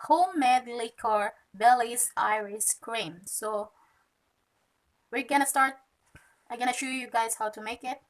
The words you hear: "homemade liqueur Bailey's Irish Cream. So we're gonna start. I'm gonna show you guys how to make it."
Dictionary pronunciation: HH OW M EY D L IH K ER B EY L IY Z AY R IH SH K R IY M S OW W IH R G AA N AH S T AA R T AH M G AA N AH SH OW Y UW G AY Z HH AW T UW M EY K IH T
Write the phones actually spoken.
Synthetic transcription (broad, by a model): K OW M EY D L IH K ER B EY L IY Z AY R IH S K R IY M S OW W IH R G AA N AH S T AA R T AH G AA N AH SH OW Y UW G AY Z HH AW T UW M EY K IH T